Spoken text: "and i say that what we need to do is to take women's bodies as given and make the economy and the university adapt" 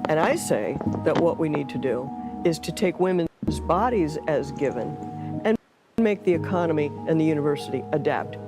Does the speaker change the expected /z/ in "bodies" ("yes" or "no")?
no